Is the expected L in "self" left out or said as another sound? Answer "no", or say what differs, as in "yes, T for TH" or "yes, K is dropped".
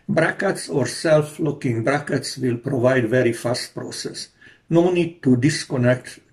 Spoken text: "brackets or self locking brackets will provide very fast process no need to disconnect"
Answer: no